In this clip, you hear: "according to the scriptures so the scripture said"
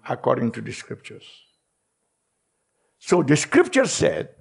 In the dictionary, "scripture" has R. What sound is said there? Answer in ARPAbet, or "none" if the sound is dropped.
R